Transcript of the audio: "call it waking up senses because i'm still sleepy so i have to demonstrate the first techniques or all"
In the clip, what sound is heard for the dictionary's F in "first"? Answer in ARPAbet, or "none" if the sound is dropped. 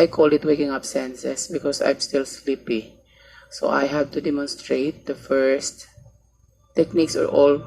F